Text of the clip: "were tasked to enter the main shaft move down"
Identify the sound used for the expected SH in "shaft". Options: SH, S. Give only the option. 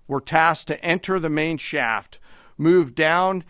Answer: SH